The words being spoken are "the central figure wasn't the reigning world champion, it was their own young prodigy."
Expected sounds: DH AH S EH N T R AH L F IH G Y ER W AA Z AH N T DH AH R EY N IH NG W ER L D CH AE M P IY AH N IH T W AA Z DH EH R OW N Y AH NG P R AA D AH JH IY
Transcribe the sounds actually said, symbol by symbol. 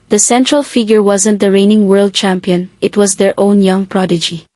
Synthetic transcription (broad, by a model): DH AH S EH N T R AH L F IH G Y ER W AA Z AH N T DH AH R EY N IH NG W ER L D CH AE M P IY AH N IH T W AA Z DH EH R OW N Y AH NG P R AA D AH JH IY